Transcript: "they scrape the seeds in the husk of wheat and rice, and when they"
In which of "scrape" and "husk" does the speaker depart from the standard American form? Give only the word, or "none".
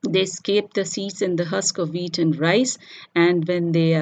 scrape